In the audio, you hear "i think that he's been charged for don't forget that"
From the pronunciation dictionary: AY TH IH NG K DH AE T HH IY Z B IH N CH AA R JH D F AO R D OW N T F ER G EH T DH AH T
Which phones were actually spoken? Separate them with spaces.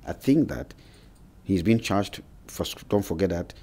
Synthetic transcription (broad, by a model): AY TH IH NG K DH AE T HH IY Z B IH N CH AA R JH D F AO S D OW N T F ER G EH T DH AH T